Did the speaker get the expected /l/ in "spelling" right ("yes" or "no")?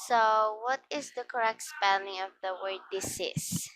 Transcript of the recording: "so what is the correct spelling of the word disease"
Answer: no